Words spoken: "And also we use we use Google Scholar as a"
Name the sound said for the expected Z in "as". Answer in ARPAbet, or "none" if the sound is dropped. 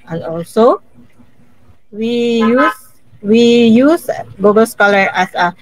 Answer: S